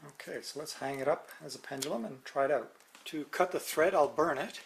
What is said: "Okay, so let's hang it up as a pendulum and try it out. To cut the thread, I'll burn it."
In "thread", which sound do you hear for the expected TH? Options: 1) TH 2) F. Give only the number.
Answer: 1